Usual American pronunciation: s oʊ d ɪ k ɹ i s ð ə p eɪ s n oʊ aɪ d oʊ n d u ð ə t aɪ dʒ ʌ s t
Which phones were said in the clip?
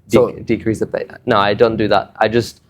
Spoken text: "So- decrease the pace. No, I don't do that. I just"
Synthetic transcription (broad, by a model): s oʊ d ɪ k ɹ i s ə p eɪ n oʊ aɪ d oʊ n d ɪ ð ə t aɪ dʒ ʌ s t